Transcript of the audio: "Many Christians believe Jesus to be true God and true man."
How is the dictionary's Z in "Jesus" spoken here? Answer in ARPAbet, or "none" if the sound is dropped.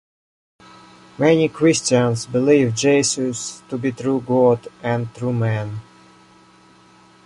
S